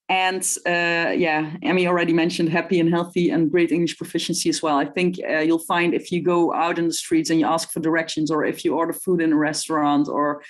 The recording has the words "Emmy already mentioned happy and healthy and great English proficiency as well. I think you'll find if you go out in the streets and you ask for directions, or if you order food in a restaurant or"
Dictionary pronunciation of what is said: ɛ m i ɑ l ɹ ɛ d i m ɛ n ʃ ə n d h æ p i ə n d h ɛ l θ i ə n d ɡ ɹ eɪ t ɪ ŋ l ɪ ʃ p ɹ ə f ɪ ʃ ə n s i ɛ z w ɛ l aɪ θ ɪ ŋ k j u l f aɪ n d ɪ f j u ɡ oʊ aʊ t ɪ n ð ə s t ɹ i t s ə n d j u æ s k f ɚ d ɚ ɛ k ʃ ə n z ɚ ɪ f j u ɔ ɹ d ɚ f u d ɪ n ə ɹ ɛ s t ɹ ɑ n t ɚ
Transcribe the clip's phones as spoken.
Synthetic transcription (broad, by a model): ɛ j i ɑ l ɹ ɛ d i m ɛ n ʃ ə n d h æ p i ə n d h ɛ l θ i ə n ɡ ɹ eɪ t ɪ ŋ l ɪ ʃ p ɹ ə f ɪ ʃ ə n s i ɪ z w ɛ l aɪ θ ɪ ŋ k j u l f aɪ n d ɪ f j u ɡ oʊ aʊ t ɪ n ð ə s t ɹ i t s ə n j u æ s k f ɚ d ɚ ɛ k ʃ ə n z ɚ ɪ f j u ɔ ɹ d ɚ f u d ɪ n ə ɹ ɛ s t ɹ ɑ n t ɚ